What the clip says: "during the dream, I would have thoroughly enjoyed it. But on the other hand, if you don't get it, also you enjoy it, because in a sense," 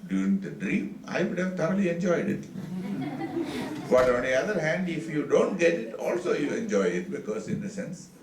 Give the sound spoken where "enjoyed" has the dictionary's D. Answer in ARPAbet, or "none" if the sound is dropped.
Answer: D